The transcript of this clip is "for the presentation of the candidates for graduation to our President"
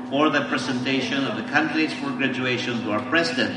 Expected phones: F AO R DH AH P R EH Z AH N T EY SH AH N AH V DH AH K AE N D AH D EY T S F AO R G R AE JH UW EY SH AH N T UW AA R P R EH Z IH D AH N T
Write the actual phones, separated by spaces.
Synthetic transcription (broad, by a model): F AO R DH AH P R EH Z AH N T EY SH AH N AH V DH AH K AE N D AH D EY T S F AO R G R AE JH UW EY SH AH N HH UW AA R P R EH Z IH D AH N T